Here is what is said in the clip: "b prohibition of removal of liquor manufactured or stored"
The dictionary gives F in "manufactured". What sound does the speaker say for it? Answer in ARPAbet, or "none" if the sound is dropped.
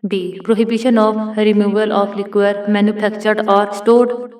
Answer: P